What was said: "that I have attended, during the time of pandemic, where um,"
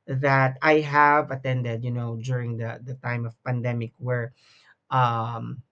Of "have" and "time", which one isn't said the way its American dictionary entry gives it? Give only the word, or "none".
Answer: none